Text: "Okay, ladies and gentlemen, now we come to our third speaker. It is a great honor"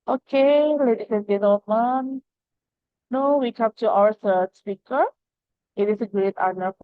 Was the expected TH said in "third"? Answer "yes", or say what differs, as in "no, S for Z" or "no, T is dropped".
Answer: no, S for TH